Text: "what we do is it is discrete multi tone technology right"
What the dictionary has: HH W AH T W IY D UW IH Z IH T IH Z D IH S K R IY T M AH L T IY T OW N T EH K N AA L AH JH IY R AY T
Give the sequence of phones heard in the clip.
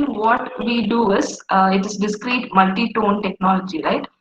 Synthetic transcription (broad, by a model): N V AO T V IY D UW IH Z IH T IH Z D IH S K R IY T M AH L T IY T OW N T EH K N AA L AH JH IY R AY T